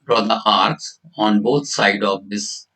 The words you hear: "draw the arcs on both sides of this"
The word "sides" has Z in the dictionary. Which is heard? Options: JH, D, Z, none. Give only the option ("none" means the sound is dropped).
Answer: none